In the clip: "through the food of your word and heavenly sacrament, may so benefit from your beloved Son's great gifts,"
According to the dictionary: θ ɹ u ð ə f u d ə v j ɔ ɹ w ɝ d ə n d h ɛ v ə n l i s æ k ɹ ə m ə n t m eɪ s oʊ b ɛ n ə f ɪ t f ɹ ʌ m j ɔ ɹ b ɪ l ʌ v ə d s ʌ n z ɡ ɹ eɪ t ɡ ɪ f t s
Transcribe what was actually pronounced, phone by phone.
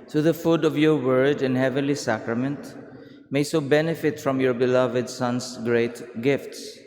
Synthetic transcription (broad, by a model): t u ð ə f u d ə v j ɔ ɹ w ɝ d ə n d h ɛ v ə n l i s æ k ɹ ə m ə n t m eɪ s oʊ b ɛ n ə f ɪ t f ɹ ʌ m j ɔ ɹ b ɪ l ʌ v ə d s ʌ n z ɡ ɹ eɪ t ɡ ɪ f t s